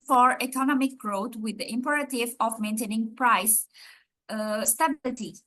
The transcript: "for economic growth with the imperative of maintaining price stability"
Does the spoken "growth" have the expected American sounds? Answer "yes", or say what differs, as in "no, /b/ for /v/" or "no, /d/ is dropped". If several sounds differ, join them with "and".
no, /t/ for /θ/